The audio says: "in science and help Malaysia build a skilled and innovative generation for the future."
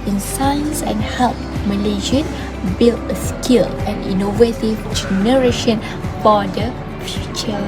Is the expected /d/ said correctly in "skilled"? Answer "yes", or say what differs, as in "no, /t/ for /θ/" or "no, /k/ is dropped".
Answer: no, /d/ is dropped